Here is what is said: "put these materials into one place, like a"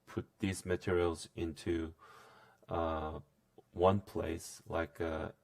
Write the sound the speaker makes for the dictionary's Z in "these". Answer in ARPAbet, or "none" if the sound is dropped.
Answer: Z